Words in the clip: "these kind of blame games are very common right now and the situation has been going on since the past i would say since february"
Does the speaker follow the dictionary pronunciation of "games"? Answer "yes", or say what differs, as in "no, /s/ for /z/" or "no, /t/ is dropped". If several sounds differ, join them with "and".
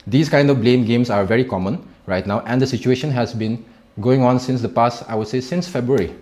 no, /s/ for /z/